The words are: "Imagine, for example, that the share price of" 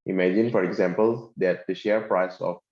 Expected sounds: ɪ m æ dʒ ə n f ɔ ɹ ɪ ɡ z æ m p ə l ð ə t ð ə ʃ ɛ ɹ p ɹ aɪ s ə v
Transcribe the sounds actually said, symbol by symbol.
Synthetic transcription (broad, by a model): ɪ m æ dʒ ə n f ɔ ɹ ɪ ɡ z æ m p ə l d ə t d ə ʃ ɛ ɹ p ɹ aɪ s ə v